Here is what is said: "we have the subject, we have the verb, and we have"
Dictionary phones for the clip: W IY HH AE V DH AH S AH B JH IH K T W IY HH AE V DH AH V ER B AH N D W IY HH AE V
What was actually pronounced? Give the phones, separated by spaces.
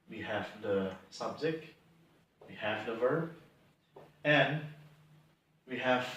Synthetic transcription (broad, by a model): W IY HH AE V DH AH S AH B Z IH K W IY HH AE V DH AH V ER B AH N W IY HH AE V